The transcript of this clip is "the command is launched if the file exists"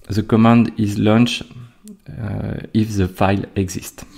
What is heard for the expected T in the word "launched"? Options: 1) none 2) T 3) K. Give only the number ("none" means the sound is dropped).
1